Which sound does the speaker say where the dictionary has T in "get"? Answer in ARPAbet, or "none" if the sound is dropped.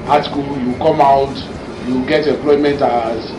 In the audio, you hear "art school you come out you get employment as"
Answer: T